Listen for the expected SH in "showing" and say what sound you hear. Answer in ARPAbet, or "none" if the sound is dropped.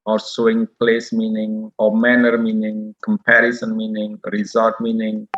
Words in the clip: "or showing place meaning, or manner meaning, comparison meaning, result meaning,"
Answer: S